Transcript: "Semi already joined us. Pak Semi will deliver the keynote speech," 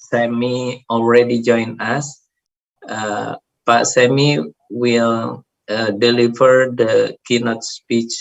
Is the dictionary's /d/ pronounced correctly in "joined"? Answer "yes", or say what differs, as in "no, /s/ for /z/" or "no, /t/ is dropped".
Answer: no, /d/ is dropped